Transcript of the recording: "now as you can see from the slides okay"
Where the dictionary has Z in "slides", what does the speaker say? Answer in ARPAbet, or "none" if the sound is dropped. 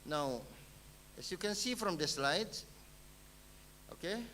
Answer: none